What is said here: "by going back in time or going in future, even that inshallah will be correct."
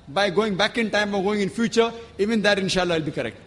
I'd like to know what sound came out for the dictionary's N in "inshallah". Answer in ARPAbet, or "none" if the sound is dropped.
N